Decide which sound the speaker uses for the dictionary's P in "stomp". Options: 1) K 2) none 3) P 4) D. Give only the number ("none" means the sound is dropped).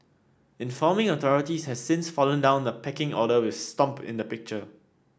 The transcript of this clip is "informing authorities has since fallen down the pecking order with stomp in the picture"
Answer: 3